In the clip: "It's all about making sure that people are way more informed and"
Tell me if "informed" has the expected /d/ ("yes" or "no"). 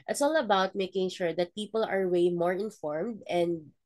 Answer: yes